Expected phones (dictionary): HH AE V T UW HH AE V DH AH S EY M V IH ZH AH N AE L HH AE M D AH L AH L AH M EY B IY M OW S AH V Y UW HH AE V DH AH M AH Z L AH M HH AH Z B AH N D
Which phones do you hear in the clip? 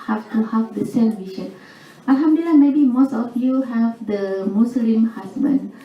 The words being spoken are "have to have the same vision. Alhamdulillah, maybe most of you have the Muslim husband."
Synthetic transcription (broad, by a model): HH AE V T UW HH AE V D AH S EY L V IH SH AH N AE L HH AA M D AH AH L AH M EY B IY M OW S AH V Y UW HH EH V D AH M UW S L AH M HH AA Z B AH N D